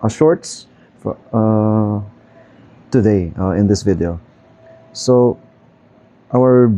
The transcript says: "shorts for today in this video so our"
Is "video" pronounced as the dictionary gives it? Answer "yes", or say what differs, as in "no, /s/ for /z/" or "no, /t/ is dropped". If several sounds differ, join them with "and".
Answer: yes